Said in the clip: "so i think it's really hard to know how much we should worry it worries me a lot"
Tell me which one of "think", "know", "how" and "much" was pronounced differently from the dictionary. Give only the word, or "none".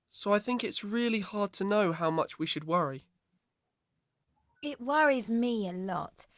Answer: none